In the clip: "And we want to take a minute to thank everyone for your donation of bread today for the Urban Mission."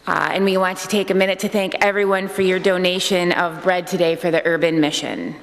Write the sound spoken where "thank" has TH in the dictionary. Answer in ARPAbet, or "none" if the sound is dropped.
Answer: TH